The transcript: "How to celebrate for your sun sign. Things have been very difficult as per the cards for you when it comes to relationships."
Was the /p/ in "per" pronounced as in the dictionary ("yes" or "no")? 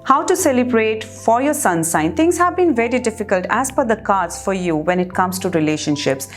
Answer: no